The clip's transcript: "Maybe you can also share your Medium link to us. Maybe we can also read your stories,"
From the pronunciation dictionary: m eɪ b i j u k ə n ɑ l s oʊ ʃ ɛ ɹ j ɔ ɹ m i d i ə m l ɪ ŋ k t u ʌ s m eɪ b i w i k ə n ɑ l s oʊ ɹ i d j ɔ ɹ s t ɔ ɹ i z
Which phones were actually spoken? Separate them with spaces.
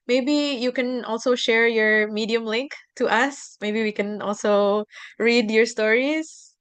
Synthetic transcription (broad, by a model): m eɪ b i j u k ə n ɑ l s oʊ ʃ ɛ ɹ j ɔ ɹ m i d i ə m l ɪ ŋ k t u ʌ s m eɪ b i w i k ə n ɑ l s oʊ ɹ i d j ɔ ɹ s t ɔ ɹ i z